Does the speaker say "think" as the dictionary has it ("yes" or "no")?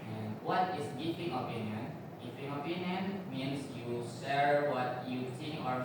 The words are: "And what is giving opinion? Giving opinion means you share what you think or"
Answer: no